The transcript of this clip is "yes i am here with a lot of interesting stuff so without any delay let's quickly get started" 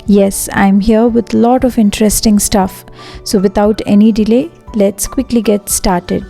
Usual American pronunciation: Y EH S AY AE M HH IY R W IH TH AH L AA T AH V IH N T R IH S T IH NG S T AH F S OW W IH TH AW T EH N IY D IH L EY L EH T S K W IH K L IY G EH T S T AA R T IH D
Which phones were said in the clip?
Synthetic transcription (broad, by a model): Y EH S AY M HH IY R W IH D AH L AA T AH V IH N T R IH S T IH NG S T AH F S OW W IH T AW T EH N IY D IH L EY L EH T S K W IH K L IY G EH T S T AA R T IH D